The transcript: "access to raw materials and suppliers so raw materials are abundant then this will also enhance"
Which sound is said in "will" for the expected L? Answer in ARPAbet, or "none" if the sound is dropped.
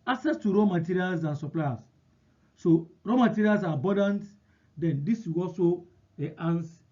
W